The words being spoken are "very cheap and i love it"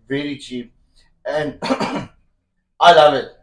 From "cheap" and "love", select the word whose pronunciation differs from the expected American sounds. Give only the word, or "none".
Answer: none